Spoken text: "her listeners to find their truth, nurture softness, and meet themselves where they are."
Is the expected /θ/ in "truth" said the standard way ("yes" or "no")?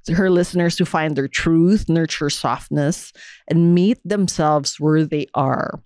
yes